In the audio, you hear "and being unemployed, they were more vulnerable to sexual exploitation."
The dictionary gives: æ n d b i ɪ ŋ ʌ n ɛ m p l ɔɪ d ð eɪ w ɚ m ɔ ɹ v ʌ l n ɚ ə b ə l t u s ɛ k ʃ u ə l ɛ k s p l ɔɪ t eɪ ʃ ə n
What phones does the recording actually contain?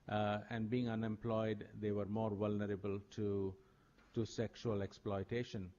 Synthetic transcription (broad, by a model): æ n d b i ɪ ŋ ʌ n ɛ m p l ɔɪ d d eɪ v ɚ m ɔ ɹ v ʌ l n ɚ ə b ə l t u s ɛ k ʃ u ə l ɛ k s p l ɔɪ t eɪ ʃ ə n